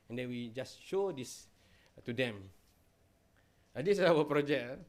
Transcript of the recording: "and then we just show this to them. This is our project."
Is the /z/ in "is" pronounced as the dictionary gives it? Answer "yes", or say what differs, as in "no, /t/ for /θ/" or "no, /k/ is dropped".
no, /s/ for /z/